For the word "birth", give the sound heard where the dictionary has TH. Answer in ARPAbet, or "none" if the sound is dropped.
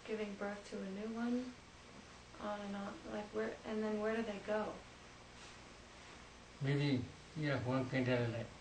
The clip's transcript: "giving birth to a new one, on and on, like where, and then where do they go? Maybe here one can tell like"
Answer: TH